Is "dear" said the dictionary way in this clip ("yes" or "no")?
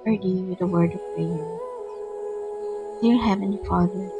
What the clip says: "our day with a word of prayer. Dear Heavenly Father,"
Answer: no